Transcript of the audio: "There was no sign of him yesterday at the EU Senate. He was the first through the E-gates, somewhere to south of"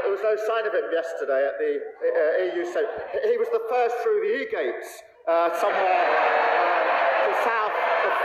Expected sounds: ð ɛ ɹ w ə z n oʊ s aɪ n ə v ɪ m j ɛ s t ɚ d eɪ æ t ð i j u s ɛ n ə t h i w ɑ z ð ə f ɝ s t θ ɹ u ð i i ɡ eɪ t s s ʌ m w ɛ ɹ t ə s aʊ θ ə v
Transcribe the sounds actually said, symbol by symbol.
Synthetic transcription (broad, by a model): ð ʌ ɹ w ə z n oʊ s aɪ n ə v ɪ m j ɛ s t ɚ d eɪ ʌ t ð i j u s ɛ ə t h i w ɑ z ð ə f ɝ s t θ ɹ u ð i i ɡ eɪ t s s ʌ m w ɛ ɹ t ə s aʊ θ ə